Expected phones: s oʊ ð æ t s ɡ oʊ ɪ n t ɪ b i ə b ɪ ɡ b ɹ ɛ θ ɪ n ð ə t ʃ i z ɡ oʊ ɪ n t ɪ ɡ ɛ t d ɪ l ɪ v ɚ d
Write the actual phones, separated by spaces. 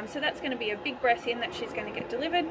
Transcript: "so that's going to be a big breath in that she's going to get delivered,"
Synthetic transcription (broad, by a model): s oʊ ð æ t s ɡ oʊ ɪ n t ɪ b i ə b ɪ ɡ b ɹ ɛ s ɪ n ð ə t ʃ i z ɡ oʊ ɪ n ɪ ɡ ɛ t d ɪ l ɪ v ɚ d